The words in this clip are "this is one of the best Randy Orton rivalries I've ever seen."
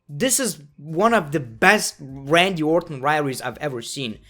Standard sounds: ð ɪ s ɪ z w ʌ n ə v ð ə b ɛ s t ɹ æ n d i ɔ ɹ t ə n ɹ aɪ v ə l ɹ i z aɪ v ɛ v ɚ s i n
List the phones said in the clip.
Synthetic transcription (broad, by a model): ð ɪ s ɪ z w ʌ n ə v ð ə b ɛ s t ɹ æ n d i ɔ ɹ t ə n ɹ aɪ ə ɹ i z aɪ v ɛ v ɚ s i n